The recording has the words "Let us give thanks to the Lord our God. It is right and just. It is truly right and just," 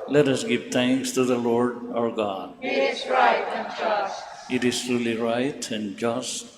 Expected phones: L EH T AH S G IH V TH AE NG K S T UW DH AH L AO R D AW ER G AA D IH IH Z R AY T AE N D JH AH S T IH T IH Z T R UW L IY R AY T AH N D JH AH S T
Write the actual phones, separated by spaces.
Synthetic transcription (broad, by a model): L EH T AH S G IH V T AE NG K S T UW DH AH L AO R D AW ER G AA D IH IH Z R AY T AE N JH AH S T IH T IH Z T R UW L IY R AY T AH N D JH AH S T